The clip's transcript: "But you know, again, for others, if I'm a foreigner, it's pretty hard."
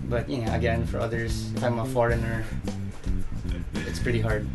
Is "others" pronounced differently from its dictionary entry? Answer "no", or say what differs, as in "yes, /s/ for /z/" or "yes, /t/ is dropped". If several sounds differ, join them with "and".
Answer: yes, /s/ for /z/